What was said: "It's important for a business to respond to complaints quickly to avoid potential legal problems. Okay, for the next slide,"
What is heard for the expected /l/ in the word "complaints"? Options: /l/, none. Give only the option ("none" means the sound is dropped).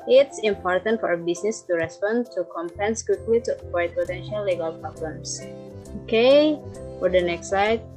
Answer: none